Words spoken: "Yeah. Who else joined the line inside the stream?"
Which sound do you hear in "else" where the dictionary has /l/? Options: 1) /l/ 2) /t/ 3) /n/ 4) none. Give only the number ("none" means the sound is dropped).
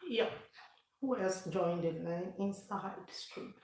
4